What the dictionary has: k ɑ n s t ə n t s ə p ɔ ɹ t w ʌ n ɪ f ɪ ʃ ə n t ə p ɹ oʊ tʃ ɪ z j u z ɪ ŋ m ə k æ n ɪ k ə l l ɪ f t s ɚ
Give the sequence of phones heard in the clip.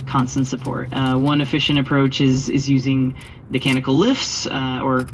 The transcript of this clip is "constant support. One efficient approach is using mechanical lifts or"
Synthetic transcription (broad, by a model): k ɑ n s t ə n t s ə p ɔ ɹ t w ʌ n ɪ f ɪ ʃ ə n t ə p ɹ oʊ tʃ ɪ z j u z ɪ ŋ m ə k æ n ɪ k l l ɪ f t s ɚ